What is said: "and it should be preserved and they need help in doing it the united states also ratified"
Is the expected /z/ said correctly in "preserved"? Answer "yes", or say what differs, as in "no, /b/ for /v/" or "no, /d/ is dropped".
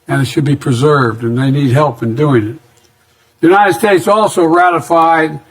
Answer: yes